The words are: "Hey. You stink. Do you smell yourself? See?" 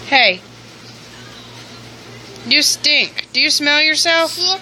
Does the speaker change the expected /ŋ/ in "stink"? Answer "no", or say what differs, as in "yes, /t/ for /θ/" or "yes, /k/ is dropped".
no